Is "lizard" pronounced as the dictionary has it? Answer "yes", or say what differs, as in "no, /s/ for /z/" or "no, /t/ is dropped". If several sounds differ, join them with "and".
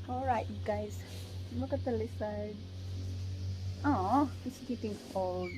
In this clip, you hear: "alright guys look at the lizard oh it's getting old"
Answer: no, /s/ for /z/